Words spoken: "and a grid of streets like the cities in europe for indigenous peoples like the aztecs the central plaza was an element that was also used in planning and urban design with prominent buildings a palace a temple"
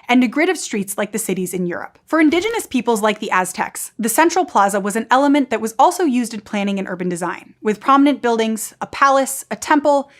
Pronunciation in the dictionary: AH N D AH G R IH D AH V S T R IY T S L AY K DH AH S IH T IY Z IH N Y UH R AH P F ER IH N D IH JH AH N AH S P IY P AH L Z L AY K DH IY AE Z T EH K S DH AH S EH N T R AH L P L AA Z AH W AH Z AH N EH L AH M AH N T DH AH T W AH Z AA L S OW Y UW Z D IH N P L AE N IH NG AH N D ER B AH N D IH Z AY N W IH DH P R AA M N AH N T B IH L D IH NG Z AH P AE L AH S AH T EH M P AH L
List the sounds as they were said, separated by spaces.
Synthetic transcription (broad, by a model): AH N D AH G R IH D AH V S T R IY T S L AY K DH AH S IH T IY Z IH N Y UH R AH P F ER IH N D IH JH AH N AH S P IY P L Z L AY K DH IY AE Z T EH K S DH AH S EH N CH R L P L AA Z AH W AH Z AH N EH L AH M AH N DH AH T W AH Z AA L S OW Y UW Z D IH N P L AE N IH NG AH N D ER B AH N D IH Z AY N W IH DH P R AA M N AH N B IH L D IH NG Z AH P AE L AH S AH T EH M P L